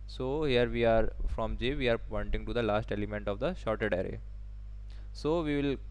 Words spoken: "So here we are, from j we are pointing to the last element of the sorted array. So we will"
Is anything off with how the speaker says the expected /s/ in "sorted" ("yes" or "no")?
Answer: yes